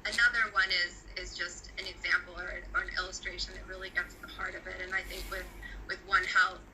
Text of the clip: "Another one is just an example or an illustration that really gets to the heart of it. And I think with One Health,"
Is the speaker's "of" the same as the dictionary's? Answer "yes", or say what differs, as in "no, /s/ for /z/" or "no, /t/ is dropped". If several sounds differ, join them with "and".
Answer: yes